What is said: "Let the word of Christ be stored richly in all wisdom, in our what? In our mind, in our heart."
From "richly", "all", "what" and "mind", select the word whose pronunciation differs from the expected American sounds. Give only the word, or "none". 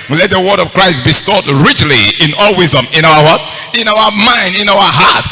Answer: none